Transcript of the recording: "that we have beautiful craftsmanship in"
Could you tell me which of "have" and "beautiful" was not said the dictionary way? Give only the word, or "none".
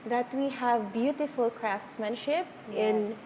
none